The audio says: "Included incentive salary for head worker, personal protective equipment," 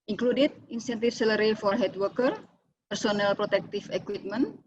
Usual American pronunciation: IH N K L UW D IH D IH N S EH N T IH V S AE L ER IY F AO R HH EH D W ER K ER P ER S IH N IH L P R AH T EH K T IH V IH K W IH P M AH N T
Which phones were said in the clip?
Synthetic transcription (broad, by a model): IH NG K L UW D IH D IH N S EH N T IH F S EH L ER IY F AO R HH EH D W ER K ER P ER S IH N IH L P R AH T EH K T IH F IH K W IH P M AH N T